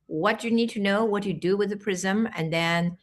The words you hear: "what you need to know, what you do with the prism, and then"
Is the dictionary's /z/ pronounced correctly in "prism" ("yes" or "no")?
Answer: yes